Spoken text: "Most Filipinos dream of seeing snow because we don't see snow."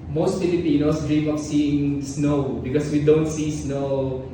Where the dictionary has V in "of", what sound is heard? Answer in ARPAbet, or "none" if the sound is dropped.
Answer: P